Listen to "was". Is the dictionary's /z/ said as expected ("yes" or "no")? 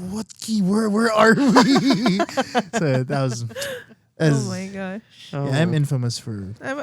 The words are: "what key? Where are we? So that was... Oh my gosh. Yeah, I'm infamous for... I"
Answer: yes